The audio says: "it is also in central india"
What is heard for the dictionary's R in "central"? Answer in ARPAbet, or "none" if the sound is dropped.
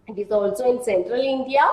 R